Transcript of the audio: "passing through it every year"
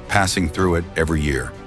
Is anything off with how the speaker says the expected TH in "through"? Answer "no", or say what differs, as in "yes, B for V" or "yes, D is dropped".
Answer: no